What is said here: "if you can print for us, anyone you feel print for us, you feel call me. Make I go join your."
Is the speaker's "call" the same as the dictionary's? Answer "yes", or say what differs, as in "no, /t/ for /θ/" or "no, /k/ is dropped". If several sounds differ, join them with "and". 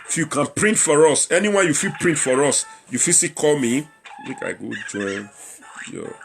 yes